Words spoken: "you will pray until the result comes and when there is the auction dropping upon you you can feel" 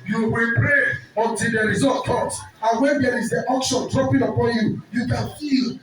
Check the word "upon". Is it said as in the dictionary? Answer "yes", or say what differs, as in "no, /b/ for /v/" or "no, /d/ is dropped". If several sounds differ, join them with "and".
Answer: yes